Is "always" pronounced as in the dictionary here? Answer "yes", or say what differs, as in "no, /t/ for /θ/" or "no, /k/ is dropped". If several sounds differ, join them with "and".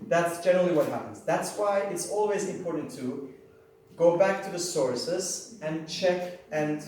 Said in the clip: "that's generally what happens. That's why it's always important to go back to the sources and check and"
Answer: yes